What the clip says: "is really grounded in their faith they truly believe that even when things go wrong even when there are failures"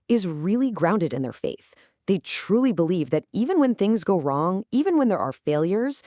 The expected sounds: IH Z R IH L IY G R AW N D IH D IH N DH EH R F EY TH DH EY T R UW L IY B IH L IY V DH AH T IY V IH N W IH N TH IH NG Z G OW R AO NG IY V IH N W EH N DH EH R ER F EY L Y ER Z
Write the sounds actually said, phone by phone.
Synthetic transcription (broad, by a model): IH Z R IH L IY G R AW N D IH D IH N DH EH R F EY TH DH EY T R UW L IY B IH L IY V DH AH T IY V IH N W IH N TH IH NG Z G OW R AO NG IY V IH N W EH N DH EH R ER F EY L Y ER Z